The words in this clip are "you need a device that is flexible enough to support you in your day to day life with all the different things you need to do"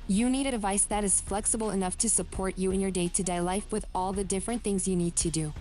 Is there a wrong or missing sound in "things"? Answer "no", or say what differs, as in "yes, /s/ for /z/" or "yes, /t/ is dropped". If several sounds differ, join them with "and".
no